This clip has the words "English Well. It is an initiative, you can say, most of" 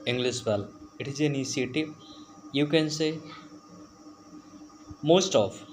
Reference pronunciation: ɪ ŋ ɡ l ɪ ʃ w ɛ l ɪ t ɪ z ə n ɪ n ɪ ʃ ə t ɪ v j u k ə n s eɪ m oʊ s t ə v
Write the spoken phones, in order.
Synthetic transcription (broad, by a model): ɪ ŋ ɡ l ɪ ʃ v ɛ l ɪ t ɪ z ə n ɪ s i ə t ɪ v j u k ə n s eɪ m oʊ s t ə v